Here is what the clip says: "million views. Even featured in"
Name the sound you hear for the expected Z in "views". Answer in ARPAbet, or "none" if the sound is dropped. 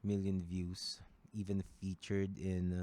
S